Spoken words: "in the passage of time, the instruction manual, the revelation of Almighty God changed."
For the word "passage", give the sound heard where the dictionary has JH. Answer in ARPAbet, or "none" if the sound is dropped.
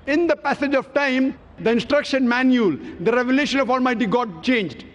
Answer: JH